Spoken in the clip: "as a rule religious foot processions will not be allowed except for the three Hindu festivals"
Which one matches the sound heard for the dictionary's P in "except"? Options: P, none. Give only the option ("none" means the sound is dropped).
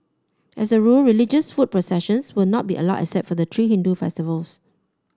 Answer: none